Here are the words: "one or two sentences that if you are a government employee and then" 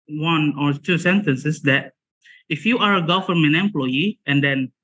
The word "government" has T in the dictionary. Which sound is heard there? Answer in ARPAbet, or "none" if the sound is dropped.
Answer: none